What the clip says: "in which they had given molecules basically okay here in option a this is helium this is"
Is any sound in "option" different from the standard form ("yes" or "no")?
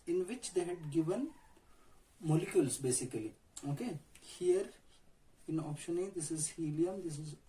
no